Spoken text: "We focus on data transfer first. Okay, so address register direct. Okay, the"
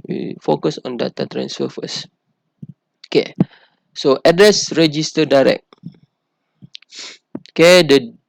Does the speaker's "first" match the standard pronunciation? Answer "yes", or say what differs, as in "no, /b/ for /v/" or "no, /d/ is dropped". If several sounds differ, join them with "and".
no, /t/ is dropped